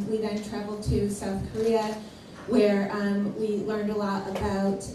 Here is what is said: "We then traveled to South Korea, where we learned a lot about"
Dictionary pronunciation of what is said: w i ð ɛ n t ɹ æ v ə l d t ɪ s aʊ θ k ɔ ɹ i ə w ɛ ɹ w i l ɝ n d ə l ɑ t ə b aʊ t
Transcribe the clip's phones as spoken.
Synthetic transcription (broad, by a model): w i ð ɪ n t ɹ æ v l d t ɪ s aʊ θ k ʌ ɹ i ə w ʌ ɹ w i l ɝ n d ə l ɑ t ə b aʊ t